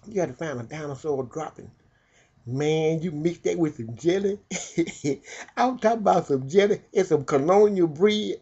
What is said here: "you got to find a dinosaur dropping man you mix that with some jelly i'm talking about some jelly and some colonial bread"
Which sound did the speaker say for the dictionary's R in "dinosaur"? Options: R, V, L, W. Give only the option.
L